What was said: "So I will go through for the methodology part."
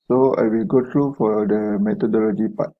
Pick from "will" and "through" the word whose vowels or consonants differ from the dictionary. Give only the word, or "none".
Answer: through